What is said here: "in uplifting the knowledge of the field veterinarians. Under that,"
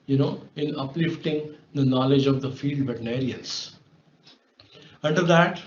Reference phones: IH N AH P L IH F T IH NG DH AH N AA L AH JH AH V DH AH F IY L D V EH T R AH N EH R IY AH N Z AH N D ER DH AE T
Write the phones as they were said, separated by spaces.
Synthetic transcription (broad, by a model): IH N AH P L IH F T IH NG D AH N AA L AH JH AH V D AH F IY L D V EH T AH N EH R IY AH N S AH N D ER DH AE T